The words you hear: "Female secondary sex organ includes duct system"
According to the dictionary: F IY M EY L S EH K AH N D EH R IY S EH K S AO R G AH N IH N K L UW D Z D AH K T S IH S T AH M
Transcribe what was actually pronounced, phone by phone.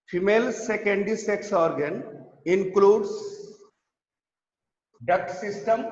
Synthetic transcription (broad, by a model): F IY M EY L S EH K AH N D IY S EH K S AO R G AH N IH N K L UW D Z D AH K T S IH S T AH M